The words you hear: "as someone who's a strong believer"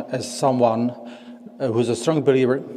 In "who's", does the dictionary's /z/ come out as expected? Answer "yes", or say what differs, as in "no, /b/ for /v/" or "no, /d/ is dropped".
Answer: yes